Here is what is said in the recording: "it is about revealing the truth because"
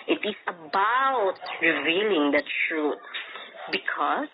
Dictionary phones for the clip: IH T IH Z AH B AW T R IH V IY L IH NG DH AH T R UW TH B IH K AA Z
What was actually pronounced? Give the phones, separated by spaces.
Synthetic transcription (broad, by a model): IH T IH S AH B AW T R IH V IY L IH NG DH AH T R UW T B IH K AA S